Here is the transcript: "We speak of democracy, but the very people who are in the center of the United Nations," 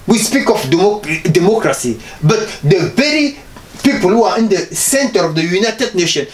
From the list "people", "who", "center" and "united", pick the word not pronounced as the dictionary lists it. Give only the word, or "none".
none